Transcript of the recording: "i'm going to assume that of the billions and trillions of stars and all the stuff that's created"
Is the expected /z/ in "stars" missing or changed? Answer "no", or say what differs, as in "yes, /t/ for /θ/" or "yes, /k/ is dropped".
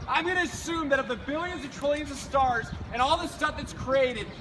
no